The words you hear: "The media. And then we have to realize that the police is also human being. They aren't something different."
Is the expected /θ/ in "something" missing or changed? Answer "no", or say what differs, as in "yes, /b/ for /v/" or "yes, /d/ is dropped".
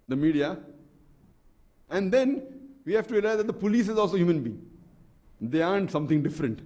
yes, /t/ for /θ/